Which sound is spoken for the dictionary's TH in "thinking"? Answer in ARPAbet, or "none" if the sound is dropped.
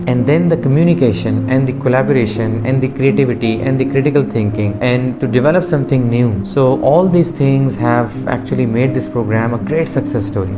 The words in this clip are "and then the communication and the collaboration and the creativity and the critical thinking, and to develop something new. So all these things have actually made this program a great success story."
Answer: T